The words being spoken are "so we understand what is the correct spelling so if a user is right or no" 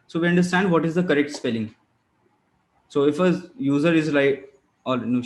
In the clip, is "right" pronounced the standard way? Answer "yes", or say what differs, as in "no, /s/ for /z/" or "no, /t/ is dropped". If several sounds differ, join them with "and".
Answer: no, /l/ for /ɹ/